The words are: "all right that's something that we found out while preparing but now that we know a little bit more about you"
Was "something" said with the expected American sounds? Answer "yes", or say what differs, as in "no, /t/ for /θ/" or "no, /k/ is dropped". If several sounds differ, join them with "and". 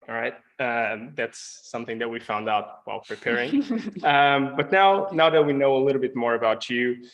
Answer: yes